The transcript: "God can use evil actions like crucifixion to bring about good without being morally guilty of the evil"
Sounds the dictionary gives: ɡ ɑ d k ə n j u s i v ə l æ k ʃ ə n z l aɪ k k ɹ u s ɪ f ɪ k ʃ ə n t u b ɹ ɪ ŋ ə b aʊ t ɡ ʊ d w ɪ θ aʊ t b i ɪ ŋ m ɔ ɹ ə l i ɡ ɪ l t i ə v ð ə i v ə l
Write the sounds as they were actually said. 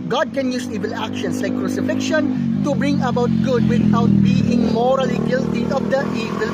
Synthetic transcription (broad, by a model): ɡ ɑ d k ə n j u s i v ə l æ k ʃ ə n s l aɪ k k ɹ u s ɪ f ɪ k ʃ ə n t u b ɹ ɪ ŋ ə b aʊ t ɡ ʊ d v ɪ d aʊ t b i ɪ ŋ m ɔ ɹ ə l i ɡ ɪ l t i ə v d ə i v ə l